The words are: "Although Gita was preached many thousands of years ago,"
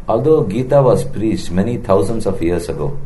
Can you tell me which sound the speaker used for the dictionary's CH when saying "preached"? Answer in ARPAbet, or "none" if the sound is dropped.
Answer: S